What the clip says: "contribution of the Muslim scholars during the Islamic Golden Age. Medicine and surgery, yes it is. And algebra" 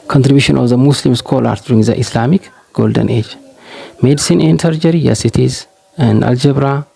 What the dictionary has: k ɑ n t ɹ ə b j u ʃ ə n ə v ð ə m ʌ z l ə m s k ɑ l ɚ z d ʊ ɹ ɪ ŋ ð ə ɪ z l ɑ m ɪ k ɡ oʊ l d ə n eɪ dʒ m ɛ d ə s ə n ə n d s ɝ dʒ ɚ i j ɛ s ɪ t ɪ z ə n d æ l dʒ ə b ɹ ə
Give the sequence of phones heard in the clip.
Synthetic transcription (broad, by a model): k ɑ n t ɹ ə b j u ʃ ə n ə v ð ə m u s l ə m s k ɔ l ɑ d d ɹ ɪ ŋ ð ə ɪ s l ɑ m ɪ k ɡ oʊ l d ə n eɪ dʒ m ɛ d s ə n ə n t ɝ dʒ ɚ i j ɛ s ɪ t ɪ z ə n d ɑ l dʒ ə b ɹ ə